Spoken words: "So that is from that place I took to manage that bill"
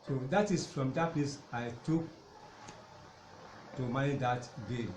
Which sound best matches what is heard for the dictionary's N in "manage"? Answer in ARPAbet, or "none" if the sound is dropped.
none